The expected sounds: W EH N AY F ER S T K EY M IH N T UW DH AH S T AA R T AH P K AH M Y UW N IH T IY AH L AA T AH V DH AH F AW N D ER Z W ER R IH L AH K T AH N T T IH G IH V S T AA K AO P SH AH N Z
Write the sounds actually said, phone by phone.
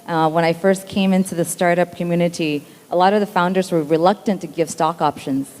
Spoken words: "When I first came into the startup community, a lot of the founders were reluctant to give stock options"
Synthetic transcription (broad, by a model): W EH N AY F ER S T K EY M IH N T UW DH AH S T AA R T AH P K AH M Y UW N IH T IY AH L AA T AH V DH AH F AW N D ER Z W ER R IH L AH K T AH N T T IH G IH V S T AA K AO P SH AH N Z